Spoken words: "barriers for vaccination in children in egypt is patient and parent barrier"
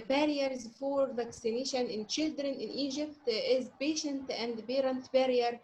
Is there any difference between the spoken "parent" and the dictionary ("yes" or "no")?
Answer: yes